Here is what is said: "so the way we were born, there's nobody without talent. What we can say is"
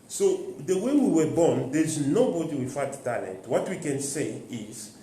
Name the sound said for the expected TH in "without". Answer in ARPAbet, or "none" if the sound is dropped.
F